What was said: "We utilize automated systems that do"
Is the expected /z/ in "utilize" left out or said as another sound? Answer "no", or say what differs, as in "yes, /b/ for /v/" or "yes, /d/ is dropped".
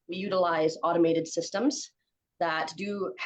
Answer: no